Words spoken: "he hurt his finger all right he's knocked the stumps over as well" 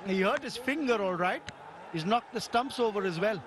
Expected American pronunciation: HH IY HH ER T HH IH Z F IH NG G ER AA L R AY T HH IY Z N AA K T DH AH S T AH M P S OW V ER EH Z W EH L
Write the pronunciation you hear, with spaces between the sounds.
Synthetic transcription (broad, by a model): HH IY HH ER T HH IH Z F IH NG G ER AA L R AY T HH IY Z N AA K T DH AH S T AH M P S OW V ER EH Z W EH L